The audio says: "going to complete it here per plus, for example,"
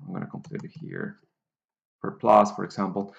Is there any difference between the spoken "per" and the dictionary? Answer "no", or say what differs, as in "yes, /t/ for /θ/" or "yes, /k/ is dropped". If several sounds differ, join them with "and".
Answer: yes, /f/ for /p/